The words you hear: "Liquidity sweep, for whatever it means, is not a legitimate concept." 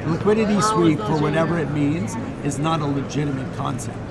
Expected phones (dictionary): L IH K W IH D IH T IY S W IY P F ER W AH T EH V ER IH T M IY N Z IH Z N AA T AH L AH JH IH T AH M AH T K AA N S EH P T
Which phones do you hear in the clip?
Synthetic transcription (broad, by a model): L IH K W IH D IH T IY S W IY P F ER W AH T EH V ER IH T M IY N Z IH Z N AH T AH L AH JH IH T AH M AH T K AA N S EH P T